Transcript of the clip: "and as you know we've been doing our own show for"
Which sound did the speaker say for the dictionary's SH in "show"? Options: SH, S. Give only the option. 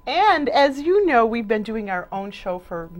SH